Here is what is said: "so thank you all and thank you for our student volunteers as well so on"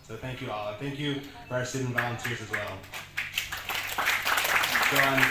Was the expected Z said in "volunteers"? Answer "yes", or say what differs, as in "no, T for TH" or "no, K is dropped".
yes